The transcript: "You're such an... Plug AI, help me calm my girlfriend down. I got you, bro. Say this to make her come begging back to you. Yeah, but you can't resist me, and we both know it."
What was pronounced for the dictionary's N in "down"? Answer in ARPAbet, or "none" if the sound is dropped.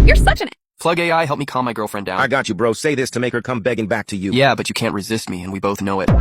none